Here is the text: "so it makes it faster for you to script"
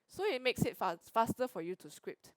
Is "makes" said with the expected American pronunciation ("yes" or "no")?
yes